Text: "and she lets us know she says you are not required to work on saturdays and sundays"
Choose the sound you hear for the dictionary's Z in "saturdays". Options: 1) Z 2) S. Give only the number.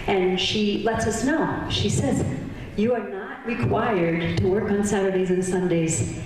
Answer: 1